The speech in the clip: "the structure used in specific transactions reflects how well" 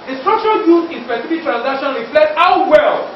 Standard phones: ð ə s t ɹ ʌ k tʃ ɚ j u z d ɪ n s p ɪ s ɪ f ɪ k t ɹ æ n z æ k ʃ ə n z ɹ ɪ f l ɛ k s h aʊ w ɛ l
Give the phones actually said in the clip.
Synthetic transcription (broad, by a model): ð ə s t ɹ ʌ k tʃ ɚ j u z ɪ n s p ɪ s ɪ f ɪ k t ɹ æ n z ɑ k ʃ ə n ɹ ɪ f l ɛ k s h aʊ w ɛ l